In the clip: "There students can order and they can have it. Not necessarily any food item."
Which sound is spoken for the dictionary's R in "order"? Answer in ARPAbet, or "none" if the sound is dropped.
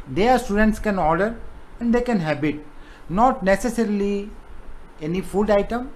R